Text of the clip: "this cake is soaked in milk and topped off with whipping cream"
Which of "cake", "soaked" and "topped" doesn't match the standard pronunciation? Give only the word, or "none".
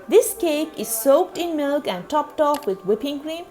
none